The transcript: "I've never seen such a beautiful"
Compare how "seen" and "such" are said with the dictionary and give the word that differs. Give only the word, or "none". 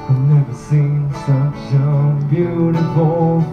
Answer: such